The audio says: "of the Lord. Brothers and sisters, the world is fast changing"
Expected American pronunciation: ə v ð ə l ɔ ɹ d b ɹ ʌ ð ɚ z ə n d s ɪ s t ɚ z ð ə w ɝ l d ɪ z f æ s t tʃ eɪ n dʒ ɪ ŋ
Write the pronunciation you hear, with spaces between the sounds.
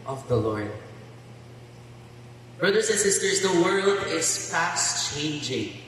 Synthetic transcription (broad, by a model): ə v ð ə l ɔ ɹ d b ɹ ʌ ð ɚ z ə n s ɪ s t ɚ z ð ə w ɝ l d ɪ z p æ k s tʃ eɪ n dʒ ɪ ŋ